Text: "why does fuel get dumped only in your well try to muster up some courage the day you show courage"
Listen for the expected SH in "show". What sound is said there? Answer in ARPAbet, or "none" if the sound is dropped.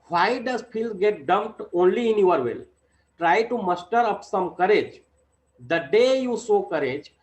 S